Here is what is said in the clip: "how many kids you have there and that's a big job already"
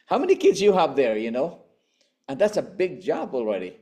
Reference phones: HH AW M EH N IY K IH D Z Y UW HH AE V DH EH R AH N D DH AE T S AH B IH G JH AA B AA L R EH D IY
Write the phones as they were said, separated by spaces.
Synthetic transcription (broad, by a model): HH AW M EH N IY K IH D Z Y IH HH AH V DH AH R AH N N DH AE T S AH B IH G JH AA B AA L R EH D IY